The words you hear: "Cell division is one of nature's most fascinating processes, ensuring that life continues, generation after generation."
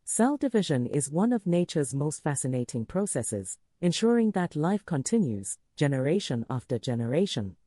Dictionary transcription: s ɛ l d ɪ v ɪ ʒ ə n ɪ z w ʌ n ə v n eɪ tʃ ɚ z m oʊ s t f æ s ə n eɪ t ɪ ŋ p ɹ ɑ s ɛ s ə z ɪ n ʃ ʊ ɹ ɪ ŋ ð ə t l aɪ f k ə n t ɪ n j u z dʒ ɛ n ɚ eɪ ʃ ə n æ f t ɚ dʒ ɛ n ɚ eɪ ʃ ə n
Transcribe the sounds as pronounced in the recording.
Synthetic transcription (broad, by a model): s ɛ l d ɪ v ɪ ʒ ə n ɪ z w ʌ n ə v n eɪ tʃ ɚ z m oʊ s t f æ s ə n eɪ t ɪ ŋ p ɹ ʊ s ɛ s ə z ɪ n ʃ ʊ ɹ ɪ ŋ ð ə t l aɪ f k ə n t ɪ n j u z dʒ ɛ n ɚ eɪ ʃ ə n æ f t ɚ dʒ ɛ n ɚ eɪ ʃ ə n